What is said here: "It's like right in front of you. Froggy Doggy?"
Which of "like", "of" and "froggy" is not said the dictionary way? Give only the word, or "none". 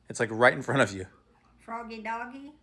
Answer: none